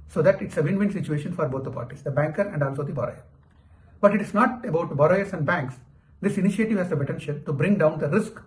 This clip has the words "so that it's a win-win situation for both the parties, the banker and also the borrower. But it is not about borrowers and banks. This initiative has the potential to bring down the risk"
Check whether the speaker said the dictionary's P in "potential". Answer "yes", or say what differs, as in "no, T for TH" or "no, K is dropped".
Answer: no, B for P